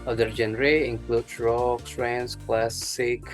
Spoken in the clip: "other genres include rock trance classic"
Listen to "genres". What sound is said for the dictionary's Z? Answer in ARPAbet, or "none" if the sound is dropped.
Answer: none